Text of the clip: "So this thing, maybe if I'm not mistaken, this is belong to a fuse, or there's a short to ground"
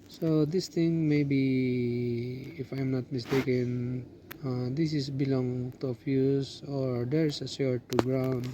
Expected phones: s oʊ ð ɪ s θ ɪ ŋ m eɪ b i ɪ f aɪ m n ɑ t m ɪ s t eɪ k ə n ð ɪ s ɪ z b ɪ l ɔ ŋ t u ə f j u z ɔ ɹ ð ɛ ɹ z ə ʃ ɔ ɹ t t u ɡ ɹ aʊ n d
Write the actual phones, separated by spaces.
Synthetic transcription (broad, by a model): s oʊ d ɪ s t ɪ ŋ m eɪ b i ɪ f aɪ m n ɑ t m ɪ s t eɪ k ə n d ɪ s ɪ s b ɪ l ɔ ŋ t u ə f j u s ɔ ɹ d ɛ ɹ s ə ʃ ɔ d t t u ɡ ɹ aʊ n d